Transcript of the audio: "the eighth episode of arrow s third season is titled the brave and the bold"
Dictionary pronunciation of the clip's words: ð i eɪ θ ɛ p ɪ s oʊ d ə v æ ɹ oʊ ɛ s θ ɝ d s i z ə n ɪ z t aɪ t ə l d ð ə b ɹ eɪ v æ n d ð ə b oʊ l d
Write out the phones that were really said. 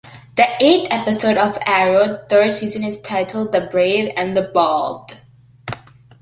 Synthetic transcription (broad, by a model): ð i eɪ t ɛ p ɪ s oʊ d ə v æ ɹ oʊ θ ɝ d s i z ə n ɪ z t aɪ t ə l d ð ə b ɹ eɪ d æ n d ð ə b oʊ l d